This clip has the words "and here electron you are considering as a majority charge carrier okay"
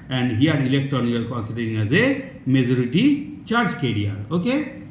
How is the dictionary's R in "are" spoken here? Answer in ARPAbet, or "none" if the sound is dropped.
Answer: L